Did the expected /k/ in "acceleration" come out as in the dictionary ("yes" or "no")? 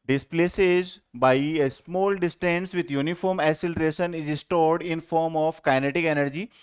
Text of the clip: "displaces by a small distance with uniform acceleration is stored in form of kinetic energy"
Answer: no